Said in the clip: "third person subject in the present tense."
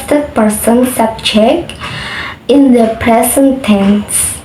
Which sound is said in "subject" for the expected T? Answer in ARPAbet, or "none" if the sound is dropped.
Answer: none